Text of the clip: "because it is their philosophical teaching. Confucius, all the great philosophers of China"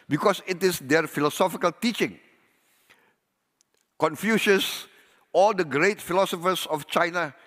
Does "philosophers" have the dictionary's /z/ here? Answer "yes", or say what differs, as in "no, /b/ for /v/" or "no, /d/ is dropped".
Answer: no, /s/ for /z/